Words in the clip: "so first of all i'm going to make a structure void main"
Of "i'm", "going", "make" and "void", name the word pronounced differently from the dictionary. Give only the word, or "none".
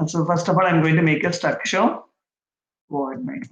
void